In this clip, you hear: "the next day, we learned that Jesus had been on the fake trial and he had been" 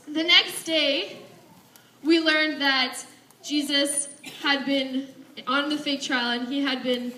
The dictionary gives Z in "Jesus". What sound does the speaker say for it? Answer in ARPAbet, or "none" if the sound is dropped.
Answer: Z